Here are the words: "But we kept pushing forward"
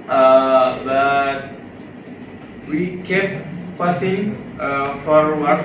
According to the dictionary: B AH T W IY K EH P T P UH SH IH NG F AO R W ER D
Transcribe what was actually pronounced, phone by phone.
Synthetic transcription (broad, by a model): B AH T W IY K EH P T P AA S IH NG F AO R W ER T